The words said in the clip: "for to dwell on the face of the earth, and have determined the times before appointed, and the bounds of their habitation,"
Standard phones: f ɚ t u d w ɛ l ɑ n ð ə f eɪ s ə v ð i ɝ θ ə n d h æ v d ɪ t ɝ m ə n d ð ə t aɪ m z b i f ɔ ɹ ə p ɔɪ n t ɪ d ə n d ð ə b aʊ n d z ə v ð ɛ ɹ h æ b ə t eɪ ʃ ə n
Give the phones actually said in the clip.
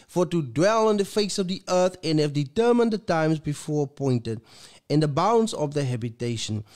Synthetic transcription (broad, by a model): f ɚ t u d w ɛ l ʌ n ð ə f eɪ s ə v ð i ɝ θ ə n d h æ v d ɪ t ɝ m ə n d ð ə t aɪ m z b i f ɔ ɹ ə p ɔɪ n t ɪ d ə n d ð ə b aʊ n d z ə v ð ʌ h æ b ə t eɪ ʃ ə n